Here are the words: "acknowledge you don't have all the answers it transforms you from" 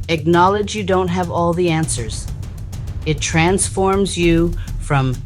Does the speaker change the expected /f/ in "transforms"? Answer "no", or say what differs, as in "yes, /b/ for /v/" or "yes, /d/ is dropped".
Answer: no